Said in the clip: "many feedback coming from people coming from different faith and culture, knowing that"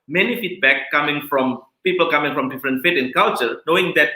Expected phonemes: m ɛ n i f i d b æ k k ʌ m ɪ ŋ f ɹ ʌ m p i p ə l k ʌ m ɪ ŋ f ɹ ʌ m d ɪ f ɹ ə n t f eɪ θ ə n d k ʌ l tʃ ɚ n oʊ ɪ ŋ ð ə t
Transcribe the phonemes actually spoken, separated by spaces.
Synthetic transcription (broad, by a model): m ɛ n i f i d b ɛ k k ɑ m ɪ ŋ f ɹ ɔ m p i p ə l k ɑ m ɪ ŋ f ɹ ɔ m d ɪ f ɹ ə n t f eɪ t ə n k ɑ l tʃ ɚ n oʊ ɪ ŋ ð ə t